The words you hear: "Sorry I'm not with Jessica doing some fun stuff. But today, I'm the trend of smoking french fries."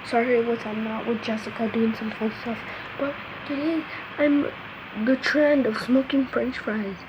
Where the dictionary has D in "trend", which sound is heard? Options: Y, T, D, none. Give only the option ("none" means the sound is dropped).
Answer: D